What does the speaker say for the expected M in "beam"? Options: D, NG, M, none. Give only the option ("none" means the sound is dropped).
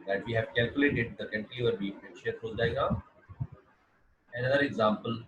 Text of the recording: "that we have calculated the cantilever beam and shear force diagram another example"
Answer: none